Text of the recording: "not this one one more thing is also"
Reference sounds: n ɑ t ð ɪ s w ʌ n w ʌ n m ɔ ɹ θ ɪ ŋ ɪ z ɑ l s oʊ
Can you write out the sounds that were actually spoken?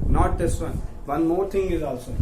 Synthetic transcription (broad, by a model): n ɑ t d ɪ s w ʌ n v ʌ n m ɔ ɹ t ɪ ŋ ɪ z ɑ l s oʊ